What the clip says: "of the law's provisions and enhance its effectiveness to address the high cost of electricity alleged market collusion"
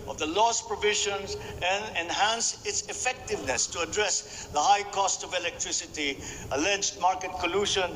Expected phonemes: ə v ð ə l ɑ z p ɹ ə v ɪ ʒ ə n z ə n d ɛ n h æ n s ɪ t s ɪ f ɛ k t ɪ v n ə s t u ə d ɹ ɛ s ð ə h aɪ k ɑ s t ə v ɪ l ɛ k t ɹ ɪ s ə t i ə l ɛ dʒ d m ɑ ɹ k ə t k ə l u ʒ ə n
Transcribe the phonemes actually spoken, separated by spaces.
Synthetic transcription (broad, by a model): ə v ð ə l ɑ s p ɹ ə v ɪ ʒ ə n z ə n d ɛ n h æ n s ɪ t s ɪ f ɛ k t ɪ v n ə s t u ə d ɹ ɛ s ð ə h aɪ k ɑ s t ə v ɪ l ɛ k t ɹ ɪ s ə t i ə l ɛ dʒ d m ɑ ɹ k ə t k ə l u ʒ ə n